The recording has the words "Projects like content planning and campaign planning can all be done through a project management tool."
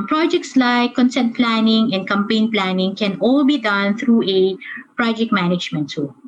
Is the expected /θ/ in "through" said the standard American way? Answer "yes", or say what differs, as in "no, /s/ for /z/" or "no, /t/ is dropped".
no, /t/ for /θ/